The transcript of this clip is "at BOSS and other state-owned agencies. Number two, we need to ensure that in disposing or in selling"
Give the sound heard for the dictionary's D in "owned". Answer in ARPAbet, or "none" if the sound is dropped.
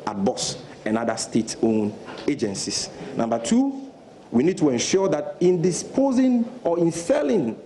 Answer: none